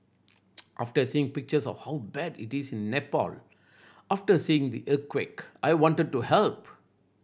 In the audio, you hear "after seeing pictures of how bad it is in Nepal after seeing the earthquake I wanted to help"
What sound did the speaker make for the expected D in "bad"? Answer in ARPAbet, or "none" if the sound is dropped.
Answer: D